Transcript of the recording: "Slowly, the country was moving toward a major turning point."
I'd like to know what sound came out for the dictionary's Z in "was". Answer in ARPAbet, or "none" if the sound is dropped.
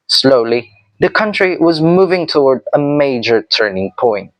Z